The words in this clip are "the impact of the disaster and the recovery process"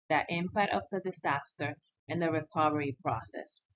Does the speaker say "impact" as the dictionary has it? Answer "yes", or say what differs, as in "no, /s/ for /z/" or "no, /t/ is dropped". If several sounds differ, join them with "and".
no, /k/ is dropped